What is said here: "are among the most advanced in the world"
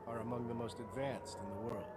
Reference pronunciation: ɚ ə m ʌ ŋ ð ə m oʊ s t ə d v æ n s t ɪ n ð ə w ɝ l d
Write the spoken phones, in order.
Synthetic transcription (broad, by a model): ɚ ə m ʌ ŋ ð ə m oʊ s t ə d v æ n s t ɪ n ð ə w ɝ l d